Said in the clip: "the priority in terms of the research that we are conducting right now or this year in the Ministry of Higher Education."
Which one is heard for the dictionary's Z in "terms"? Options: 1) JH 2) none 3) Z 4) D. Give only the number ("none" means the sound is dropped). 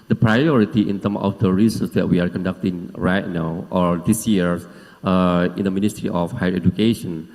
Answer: 2